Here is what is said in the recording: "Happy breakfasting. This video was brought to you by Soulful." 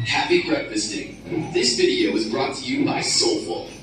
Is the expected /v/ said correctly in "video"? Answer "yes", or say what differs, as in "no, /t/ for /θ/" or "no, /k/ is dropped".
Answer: yes